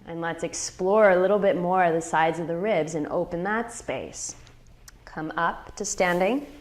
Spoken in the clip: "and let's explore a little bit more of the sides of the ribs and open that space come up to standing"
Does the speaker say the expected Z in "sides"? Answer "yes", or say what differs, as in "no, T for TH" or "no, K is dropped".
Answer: yes